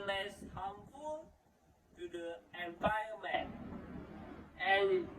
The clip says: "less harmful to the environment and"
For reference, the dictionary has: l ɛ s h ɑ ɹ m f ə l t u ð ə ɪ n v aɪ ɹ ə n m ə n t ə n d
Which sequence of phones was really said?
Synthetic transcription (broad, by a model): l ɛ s h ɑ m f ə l t u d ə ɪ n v aɪ ə m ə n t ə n